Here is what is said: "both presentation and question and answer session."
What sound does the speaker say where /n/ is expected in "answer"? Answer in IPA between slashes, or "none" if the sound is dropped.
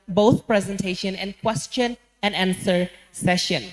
/n/